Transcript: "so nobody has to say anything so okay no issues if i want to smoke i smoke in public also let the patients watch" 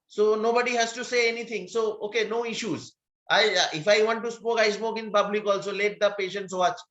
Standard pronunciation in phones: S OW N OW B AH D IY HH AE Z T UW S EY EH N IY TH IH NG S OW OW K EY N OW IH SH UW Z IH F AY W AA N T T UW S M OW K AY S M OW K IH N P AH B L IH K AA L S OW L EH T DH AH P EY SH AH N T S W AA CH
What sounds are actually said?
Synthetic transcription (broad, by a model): S OW N OW B AH D IY HH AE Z T UW S EY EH N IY T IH NG S OW OW K EY N OW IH SH UW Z IH F AY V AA N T T UW S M OW K AY S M OW K IH N P AH B L IH K AA L S OW L EH T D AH P EY SH AH N T S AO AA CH